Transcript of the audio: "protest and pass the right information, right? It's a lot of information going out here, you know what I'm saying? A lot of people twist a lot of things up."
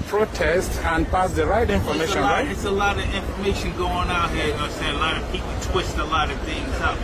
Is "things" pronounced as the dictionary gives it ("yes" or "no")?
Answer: yes